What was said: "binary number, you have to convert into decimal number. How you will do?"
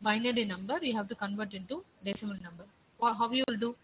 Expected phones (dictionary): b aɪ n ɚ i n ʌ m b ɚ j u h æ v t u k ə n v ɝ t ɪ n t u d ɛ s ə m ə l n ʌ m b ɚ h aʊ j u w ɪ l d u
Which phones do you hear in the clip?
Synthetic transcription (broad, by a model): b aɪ n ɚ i n ʌ m b ɚ j u h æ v t u k ə n v ɝ t ɪ n t u d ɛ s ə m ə n n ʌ m b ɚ h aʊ j u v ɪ l d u